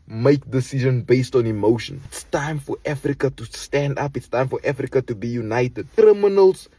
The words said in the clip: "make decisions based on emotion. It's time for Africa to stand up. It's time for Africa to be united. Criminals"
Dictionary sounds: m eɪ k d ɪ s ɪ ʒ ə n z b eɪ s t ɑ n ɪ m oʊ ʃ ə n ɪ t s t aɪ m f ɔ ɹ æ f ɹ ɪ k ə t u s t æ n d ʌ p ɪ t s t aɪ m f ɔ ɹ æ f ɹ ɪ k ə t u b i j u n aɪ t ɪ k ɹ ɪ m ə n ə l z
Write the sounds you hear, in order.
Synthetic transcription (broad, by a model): m eɪ k d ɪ s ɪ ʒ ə n b eɪ s t ɑ n ɪ m oʊ ʃ ə n ɪ t s t aɪ m f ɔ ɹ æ f ɹ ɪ k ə t u s t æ n d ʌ p ɪ t s t aɪ m f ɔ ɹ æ f ɹ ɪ k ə t u b i j u n aɪ t ɪ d ɹ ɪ m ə n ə l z